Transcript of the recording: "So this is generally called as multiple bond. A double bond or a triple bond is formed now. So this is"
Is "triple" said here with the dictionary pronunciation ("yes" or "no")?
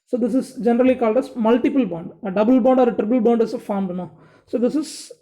no